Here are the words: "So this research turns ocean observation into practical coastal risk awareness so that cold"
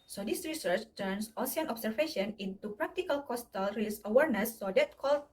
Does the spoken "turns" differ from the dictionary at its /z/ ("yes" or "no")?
yes